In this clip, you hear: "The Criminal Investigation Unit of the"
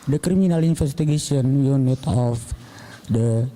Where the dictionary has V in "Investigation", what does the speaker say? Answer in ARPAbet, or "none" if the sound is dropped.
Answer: F